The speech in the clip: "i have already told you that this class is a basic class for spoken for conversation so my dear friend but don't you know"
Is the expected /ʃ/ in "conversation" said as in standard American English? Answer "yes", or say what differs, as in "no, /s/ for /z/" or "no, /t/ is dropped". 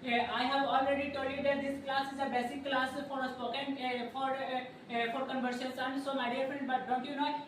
no, /s/ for /ʃ/